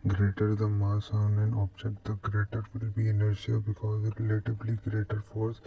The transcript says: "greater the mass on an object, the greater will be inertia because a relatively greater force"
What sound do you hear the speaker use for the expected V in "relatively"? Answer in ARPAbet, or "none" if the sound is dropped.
B